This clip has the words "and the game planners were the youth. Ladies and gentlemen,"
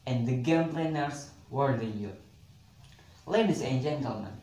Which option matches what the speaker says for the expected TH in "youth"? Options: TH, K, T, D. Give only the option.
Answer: T